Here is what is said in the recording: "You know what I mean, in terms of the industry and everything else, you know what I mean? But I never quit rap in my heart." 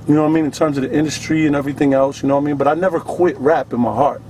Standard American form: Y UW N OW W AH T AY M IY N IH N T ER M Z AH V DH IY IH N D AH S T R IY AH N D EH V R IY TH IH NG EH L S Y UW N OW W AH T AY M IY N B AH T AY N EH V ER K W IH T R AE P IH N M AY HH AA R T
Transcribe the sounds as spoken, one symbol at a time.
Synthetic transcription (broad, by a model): Y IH N OW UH AY M IY N IH N T ER M Z AH V DH IY IH N D AH S T R IY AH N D EH V R IY TH IH NG EH L S Y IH N OW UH AY M IY N B AH T AY N EH V ER K W IH T R AE P IH N M AY HH AA R T